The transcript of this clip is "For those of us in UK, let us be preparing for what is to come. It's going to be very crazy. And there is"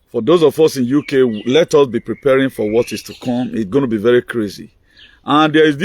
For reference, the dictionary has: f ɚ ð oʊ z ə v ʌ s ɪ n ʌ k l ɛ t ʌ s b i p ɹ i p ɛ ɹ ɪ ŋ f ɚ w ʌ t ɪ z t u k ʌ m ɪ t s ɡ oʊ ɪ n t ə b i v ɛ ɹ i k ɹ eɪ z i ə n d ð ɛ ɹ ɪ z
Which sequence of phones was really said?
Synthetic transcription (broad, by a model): f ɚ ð oʊ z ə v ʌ s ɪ n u k l ɛ t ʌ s b i p ɹ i p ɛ ɹ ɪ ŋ f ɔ w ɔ t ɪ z t u k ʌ m ɪ t s ɡ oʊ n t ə b i v ɛ ɹ i k ɹ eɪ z i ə n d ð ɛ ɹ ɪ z